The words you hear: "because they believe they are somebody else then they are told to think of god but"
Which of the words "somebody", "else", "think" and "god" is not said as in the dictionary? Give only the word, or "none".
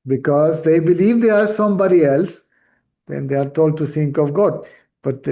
think